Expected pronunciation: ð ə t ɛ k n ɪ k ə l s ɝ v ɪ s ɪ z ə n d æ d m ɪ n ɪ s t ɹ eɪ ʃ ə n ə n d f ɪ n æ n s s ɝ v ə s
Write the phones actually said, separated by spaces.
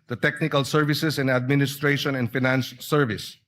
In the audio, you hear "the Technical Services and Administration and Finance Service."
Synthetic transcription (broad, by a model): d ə t ɛ k n ɪ k ə l s ɝ v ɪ s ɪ s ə n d æ d m ɪ n ɪ s t ɹ eɪ ʃ ə n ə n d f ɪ n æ n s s ɝ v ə s